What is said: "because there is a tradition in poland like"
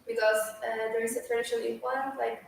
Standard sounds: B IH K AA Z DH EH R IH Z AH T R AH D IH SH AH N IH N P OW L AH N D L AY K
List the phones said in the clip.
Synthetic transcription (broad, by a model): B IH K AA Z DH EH R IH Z AH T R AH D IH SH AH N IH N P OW AH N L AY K